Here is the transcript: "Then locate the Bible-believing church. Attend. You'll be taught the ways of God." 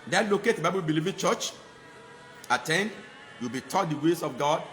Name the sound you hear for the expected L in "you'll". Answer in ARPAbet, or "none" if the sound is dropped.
W